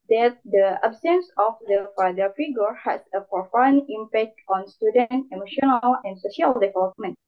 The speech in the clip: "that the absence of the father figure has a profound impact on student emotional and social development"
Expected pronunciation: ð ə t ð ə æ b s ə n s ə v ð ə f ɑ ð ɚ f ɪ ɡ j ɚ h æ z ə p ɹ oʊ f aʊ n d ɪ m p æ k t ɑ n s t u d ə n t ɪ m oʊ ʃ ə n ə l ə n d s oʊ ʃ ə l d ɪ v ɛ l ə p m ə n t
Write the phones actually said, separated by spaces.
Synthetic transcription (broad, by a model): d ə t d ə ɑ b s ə n s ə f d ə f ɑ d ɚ f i ɡ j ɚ h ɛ s ə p ɹ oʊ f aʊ n ɪ m p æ k t ɑ n s t u d ə n t ɪ m oʊ ʃ ə n ə l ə n s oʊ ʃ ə l d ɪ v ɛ l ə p m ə n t